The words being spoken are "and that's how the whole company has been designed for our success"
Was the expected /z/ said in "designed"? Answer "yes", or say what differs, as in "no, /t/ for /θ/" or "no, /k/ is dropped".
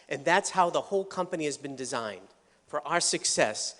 yes